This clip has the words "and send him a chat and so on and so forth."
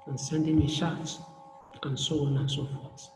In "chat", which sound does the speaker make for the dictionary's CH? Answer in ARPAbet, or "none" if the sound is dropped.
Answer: SH